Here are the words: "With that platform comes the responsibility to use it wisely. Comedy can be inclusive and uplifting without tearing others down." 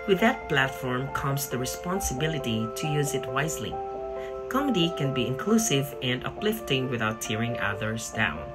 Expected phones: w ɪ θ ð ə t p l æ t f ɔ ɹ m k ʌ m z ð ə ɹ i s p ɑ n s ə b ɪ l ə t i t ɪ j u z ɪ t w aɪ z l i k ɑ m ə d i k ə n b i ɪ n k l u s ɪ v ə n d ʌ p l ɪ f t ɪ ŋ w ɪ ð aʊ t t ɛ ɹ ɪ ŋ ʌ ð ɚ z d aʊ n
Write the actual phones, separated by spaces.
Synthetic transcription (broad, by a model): w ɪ ð ə t p l æ t f ɔ ɹ m k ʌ m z ð ə ɹ i s p ɑ n s ə b ɪ l ə t i t ɪ j u z ɪ t w aɪ z l i k ɑ m ə d i k ə n b i ɪ n k l u s ɪ v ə n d ʌ p l ɪ f t ɪ ŋ w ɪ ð aʊ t t ɛ ɹ ɪ ŋ ʌ ð ɚ z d aʊ n